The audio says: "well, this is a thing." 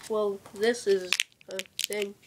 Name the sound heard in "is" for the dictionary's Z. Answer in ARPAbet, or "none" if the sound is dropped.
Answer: Z